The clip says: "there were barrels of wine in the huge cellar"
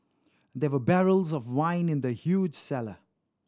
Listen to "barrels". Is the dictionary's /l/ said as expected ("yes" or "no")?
yes